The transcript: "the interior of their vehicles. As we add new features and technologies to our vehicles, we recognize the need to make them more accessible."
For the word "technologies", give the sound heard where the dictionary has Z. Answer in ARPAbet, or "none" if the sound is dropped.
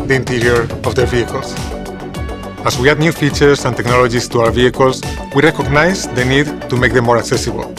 S